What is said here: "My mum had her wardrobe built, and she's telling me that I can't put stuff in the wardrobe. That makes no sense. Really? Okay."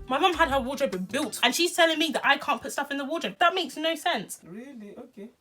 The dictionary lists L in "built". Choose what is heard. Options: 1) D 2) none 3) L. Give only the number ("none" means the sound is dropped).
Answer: 3